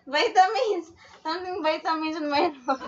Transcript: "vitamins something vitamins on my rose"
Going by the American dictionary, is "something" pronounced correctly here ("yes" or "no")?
no